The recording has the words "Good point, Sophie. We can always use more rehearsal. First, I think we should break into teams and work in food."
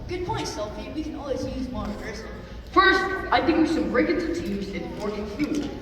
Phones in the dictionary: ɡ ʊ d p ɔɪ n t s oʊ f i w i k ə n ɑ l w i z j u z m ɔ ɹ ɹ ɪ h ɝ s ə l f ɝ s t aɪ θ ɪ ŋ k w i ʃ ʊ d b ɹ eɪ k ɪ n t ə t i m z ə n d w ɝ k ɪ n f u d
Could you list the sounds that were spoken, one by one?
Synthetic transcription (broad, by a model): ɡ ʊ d p ɔɪ n t s oʊ f i w i k ə n ɑ l w i z j u z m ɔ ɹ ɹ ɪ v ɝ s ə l f ɝ s t aɪ θ ɪ ŋ k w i s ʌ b ɹ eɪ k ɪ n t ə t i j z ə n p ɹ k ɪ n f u